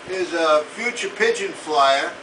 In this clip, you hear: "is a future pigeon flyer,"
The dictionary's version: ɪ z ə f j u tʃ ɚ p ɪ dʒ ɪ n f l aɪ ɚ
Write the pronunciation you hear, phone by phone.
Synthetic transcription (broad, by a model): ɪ z ə f j u tʃ ɚ p ɪ dʒ ɪ n f l aɪ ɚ